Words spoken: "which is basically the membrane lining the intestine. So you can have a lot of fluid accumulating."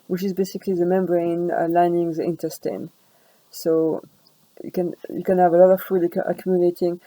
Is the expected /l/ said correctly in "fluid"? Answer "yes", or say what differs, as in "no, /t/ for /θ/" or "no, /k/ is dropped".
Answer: no, /l/ is dropped